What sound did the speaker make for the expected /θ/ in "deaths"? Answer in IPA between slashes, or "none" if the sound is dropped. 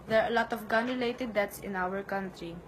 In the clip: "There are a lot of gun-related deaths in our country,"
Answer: /t/